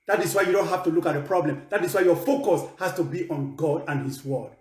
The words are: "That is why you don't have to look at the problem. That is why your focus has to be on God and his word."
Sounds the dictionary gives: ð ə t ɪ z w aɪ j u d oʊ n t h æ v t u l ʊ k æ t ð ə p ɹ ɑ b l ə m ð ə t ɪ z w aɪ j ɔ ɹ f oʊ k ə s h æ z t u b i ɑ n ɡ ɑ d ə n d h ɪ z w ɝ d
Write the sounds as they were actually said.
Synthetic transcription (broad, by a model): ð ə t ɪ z w aɪ j u d oʊ n t h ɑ f t u l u k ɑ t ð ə p ɹ ɑ b l ə m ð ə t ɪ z w aɪ j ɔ f oʊ k ə s h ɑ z t u b i ɑ n ɡ ɑ d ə n h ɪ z w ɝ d